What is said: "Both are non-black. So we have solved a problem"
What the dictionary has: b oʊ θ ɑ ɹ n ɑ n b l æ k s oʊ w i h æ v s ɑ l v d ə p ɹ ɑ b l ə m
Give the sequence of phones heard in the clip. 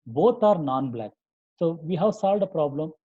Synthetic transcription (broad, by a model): b oʊ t ɑ ɹ n ɑ n b l æ k s oʊ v i h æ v s ɑ l v d ə p ɹ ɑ b l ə m